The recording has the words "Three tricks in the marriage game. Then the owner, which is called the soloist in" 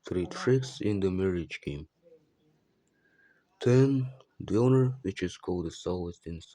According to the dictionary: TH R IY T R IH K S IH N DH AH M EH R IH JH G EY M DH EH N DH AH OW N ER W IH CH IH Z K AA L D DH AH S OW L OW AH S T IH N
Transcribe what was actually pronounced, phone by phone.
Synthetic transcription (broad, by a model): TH R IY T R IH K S IH N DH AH M EH R IH JH G EY M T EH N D OW N ER W IH CH IH Z K AA L D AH S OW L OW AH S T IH N